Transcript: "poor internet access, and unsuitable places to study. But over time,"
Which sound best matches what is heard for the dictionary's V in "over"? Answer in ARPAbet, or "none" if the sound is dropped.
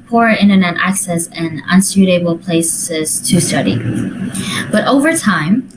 V